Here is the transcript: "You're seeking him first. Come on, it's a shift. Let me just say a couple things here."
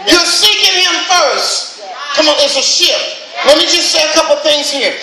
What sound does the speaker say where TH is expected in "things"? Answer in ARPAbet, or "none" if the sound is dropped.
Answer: TH